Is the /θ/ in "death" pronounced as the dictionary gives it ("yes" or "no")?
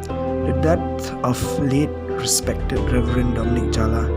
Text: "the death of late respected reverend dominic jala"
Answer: no